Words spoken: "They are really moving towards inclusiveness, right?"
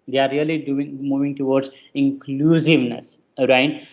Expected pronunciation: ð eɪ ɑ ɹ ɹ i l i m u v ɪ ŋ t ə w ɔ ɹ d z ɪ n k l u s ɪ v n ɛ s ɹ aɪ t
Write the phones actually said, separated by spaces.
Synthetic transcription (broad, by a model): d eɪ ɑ ɹ l i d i m u v ɪ ŋ t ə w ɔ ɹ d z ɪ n k l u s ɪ v n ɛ s ɹ aɪ t